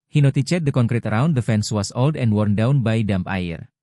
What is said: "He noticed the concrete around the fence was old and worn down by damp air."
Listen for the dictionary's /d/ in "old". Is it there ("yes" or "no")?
yes